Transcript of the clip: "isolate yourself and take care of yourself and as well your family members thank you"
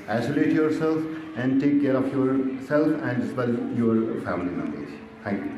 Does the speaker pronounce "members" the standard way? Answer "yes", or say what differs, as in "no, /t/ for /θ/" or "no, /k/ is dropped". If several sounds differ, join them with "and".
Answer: no, /b/ is dropped